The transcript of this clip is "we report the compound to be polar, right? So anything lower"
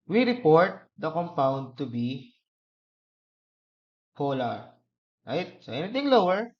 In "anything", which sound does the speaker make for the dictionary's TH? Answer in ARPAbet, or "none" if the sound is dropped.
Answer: T